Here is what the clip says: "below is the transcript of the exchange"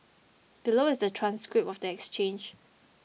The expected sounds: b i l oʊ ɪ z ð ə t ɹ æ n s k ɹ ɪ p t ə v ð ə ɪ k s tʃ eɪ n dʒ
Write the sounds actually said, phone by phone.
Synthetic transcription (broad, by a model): b i l oʊ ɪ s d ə t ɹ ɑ n s k ɹ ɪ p ə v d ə ɪ k s tʃ eɪ n dʒ